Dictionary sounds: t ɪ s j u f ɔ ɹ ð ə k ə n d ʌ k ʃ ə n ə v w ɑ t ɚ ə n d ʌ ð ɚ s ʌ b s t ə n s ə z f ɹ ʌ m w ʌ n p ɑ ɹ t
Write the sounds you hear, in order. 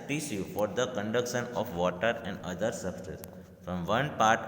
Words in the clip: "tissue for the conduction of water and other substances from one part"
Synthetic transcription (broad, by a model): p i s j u f ɔ ɹ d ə k ə n d ʌ k ʃ ə n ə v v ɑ t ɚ ə n d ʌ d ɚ s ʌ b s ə s f ɹ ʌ m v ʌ n p ɑ ɹ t